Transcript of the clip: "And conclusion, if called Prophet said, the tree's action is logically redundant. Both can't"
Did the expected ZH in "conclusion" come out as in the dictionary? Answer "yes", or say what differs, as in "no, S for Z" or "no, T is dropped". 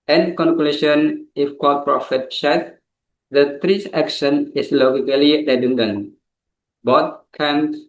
no, SH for ZH